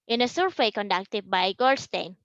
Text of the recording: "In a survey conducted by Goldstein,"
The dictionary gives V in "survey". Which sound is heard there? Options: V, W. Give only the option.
W